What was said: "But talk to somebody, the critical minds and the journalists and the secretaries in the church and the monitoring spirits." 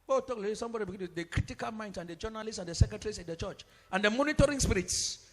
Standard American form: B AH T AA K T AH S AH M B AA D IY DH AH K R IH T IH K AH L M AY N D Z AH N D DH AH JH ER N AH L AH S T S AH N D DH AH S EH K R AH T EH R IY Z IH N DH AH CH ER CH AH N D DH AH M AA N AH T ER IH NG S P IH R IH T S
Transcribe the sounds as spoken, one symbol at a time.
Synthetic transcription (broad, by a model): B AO T AA K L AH S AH M B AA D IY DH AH K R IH T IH K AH L M AY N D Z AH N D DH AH JH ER N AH L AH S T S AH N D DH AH S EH K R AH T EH R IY S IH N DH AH CH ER CH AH N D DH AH M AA N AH T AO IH NG S P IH R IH T S